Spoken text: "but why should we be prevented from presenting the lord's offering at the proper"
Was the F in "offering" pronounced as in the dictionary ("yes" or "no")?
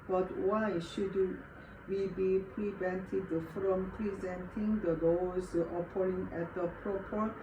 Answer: no